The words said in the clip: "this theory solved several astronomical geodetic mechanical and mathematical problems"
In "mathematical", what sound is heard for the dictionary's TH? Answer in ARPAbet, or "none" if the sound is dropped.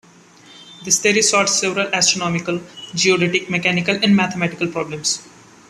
T